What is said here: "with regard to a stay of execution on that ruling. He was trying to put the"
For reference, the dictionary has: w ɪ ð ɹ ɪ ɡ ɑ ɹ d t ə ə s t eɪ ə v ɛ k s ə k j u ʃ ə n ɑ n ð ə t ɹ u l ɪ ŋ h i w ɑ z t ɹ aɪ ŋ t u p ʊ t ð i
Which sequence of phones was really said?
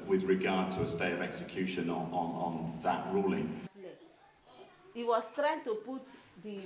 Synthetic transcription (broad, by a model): w ɪ ð ɹ ɪ ɡ ɑ d t ə ə s t eɪ ə v ɛ k s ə k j u ʃ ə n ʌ n ð ə t ɹ u l ɪ ŋ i w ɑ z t ɹ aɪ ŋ t u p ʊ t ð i